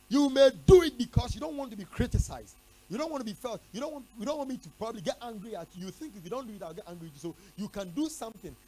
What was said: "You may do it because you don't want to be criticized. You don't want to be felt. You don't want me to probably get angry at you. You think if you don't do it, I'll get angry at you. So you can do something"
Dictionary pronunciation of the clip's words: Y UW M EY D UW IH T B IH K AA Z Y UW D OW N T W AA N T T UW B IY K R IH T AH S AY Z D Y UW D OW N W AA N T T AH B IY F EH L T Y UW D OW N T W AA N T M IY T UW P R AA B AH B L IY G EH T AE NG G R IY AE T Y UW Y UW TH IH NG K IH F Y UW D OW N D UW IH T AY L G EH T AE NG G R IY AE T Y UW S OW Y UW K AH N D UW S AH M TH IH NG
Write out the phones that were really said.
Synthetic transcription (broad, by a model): Y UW M EY D UW IH T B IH K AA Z Y UW D OW N T W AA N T T UW B IY K R IH T AH S AY Z D Y UW D OW N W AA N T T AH B IY F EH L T Y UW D OW N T W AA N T M IY T UW P R AA B AH B L IY G EH T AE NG G R IY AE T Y Y UW TH IH NG K IH F Y UW D OW N D UW IH T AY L G EH T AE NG G R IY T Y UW S OW Y UW K AH N D UW S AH M TH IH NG